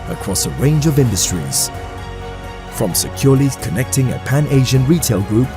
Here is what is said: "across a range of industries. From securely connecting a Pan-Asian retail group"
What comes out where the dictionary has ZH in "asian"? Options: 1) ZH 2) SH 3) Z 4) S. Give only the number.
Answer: 1